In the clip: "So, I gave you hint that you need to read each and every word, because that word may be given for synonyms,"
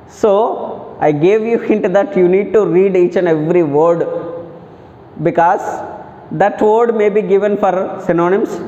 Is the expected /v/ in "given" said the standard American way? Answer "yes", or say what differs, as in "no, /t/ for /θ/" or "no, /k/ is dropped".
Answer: yes